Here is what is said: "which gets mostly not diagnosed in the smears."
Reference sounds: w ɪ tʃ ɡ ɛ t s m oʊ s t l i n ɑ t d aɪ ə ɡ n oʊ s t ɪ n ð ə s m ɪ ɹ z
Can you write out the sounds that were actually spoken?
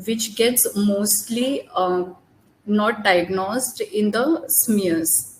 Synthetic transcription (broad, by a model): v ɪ tʃ ɡ ɛ t s m oʊ s t l i n ɑ t d aɪ ə ɡ n oʊ s t ɪ n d ə s m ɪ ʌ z